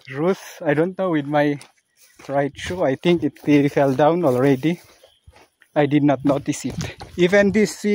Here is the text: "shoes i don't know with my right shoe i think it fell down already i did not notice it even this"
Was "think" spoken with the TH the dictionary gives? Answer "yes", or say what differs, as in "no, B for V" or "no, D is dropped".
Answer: no, T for TH